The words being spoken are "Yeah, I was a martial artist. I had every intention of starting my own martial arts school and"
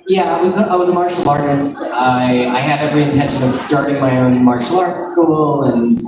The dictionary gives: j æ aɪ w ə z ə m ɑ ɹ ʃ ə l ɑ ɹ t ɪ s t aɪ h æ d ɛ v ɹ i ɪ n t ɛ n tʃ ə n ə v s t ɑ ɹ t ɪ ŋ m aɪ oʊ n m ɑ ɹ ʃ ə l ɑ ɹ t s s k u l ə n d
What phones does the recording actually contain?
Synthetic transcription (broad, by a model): j æ aɪ w ə z ə m ɑ ɹ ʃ l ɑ ɹ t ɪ s t aɪ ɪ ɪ d ɛ v ɹ i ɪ n t ɛ n ʃ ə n ə v s t ɑ ɹ t ɪ ŋ m aɪ oʊ n m ɑ ɹ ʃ l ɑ ɹ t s s k u l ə n